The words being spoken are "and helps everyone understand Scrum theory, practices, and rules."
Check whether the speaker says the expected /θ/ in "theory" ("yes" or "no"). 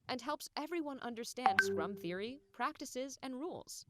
yes